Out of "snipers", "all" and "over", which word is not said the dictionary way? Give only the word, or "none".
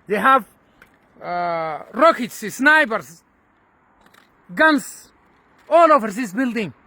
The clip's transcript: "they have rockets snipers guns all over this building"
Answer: snipers